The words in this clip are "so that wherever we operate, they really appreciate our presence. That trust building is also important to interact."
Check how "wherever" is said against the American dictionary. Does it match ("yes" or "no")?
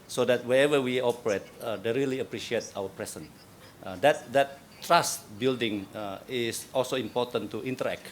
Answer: no